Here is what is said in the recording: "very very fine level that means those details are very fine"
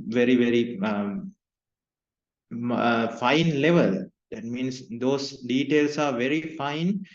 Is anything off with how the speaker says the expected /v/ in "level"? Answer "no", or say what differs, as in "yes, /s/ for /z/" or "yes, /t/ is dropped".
no